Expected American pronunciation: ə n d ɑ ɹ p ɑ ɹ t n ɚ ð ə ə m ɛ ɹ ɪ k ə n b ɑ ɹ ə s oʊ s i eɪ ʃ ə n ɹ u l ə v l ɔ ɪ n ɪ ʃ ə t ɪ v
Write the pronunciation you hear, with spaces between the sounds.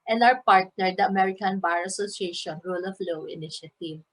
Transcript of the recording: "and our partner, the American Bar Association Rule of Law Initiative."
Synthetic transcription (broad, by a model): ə n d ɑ w p ɑ ɹ t n ɚ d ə ə m ɛ ɹ ɪ k ə n b ɑ ɹ ə s oʊ s i eɪ ʃ ə n ɹ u l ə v l ɔ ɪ n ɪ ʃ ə t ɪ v